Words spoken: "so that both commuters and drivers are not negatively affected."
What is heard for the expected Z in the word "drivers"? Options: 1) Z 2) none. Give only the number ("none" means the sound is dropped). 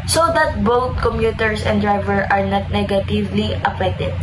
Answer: 2